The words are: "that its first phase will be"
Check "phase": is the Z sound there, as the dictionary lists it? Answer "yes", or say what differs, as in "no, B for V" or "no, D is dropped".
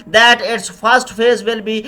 yes